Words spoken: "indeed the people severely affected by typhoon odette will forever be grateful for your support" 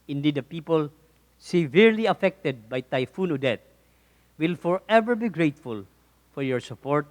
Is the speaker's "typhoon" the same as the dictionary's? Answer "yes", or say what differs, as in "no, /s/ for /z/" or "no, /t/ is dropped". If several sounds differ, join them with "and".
yes